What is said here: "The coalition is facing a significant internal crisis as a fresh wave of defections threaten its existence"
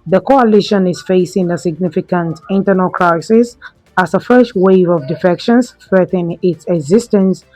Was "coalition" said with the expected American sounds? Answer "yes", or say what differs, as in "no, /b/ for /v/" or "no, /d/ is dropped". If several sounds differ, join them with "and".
yes